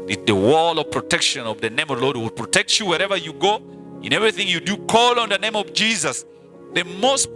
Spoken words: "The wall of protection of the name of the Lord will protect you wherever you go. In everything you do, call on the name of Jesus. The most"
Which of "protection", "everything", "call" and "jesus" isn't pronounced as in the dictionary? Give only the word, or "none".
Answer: none